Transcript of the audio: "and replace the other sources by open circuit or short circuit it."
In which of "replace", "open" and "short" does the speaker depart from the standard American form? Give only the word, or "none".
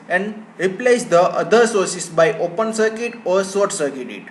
short